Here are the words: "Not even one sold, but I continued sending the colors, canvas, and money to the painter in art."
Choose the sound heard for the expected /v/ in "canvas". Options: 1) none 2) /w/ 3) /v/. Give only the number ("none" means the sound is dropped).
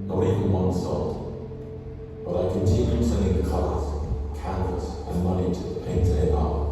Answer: 1